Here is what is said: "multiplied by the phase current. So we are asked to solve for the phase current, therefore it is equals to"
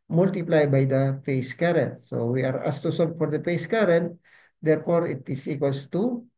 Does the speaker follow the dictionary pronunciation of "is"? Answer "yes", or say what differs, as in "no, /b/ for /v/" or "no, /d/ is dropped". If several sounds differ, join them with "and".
no, /s/ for /z/